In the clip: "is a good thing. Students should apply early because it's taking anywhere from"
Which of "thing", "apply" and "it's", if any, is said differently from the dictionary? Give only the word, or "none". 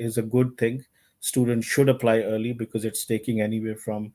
thing